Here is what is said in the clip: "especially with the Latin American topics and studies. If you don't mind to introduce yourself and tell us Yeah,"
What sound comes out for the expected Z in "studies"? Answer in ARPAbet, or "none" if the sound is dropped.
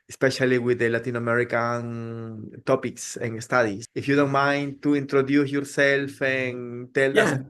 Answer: S